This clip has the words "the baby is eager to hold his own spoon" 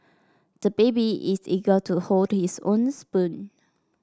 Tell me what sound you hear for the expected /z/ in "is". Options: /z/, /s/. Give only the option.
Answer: /s/